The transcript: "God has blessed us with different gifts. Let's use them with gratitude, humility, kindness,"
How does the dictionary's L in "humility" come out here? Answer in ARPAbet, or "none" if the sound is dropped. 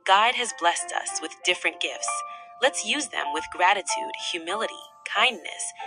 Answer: L